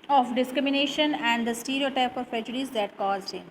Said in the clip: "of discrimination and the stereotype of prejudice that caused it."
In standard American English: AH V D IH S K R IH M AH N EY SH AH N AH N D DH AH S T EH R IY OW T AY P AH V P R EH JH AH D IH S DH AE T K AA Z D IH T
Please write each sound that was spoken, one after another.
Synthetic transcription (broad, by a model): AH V D IH S K R IH M AH N EY SH AH N AH N D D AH S T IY R IY OW T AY P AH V P R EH JH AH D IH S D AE T K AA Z IH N